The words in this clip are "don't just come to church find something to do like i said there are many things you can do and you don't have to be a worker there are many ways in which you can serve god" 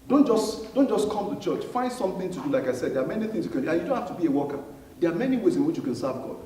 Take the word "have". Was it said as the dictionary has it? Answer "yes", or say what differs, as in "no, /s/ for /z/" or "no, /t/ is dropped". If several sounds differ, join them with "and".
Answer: no, /f/ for /v/